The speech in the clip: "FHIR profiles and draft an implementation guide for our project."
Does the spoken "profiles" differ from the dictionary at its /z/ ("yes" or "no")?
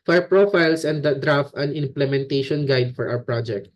yes